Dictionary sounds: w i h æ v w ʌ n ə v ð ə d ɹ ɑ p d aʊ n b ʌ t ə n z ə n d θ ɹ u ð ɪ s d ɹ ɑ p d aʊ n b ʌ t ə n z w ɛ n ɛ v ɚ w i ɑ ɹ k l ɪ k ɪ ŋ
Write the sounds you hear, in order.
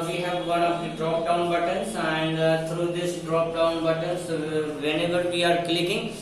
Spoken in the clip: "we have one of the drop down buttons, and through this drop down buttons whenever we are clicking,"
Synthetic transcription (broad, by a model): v i h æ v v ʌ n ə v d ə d ɹ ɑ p d aʊ n b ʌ t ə n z ə n d t ɹ u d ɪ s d ɹ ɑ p d aʊ n b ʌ t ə n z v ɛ n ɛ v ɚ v i ɑ ɹ k l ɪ k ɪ ŋ